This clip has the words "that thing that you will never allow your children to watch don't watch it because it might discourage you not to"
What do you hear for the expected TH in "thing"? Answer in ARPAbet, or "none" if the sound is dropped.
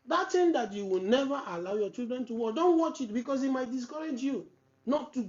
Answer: T